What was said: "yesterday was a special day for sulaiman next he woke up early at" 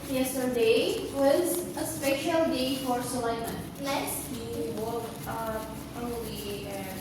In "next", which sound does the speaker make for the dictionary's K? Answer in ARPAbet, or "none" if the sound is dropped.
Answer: none